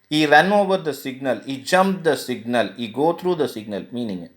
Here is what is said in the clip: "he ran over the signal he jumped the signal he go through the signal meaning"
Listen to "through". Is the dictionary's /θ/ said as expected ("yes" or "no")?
no